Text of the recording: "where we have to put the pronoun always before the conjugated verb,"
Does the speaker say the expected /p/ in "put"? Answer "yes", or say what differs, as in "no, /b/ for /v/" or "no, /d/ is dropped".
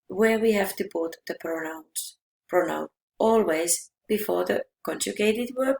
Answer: no, /b/ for /p/